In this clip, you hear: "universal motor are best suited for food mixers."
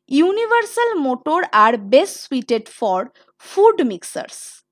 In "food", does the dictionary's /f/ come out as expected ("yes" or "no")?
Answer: yes